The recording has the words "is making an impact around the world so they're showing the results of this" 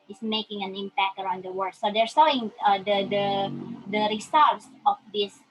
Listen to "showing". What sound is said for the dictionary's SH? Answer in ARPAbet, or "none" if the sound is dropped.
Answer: S